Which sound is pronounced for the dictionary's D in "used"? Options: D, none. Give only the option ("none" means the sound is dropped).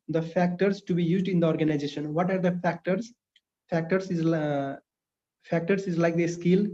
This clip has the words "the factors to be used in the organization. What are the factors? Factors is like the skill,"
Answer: D